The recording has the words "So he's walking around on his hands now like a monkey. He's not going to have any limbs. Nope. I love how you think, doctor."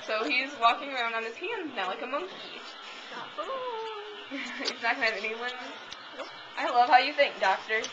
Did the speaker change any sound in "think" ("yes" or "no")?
no